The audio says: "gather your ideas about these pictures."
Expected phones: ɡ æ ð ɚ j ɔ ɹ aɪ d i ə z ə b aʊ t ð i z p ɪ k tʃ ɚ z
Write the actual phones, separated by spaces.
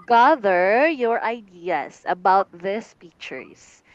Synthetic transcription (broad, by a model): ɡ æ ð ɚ j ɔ ɹ aɪ d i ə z ə b aʊ t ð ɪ s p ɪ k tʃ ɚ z